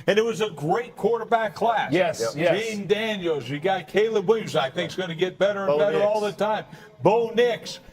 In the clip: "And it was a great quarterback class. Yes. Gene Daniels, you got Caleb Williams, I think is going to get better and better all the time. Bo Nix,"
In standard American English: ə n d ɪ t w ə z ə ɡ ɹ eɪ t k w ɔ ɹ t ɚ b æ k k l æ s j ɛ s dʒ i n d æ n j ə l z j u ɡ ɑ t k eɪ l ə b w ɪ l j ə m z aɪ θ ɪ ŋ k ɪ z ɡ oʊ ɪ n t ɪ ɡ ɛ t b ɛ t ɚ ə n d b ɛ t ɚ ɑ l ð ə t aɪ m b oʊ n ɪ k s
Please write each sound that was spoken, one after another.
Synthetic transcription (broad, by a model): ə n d ɪ t w ə z ə ɡ ɹ eɪ t k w ɔ ɹ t ɚ b æ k k l æ s j ɛ s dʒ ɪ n d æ n j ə l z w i ɡ ɑ t k eɪ l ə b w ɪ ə z aɪ θ ɪ ŋ k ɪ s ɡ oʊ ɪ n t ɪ ɡ ɛ t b ɛ t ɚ ə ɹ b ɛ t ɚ ɑ l ð ə t aɪ m b oʊ n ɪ k s